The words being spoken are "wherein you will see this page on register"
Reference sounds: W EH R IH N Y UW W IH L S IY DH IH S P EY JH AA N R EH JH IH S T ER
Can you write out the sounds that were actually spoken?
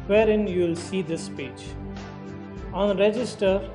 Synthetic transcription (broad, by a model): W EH R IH N Y UW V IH L S IY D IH S P EY JH AA N R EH JH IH S T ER